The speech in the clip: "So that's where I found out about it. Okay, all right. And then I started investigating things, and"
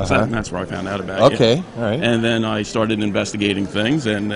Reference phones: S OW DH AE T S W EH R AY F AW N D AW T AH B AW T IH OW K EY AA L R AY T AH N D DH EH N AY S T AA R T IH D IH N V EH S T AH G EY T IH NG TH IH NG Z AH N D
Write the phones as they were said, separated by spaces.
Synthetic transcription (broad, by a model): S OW DH AE T S W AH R AY F AW N D AW T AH B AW IH OW K EY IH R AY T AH N DH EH N AY S T AA R T IH D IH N V EH S T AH G EY T IH NG TH IH NG Z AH N